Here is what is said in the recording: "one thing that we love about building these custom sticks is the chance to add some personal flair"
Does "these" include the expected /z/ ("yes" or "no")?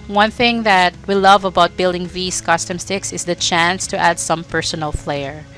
no